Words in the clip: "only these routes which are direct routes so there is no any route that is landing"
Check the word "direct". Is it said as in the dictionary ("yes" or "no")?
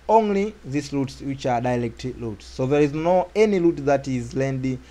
no